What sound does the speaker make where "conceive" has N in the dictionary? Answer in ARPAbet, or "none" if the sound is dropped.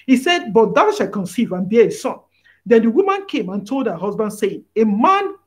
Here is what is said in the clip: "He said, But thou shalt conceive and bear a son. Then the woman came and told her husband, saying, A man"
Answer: N